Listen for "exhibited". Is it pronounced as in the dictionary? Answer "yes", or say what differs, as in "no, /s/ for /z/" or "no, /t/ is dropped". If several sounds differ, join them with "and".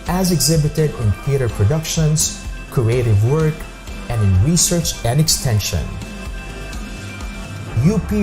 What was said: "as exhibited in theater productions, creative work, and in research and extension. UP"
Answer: yes